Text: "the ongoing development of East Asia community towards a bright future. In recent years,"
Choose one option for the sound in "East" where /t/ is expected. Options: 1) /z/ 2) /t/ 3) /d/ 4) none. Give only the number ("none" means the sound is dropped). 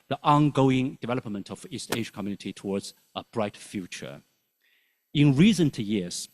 2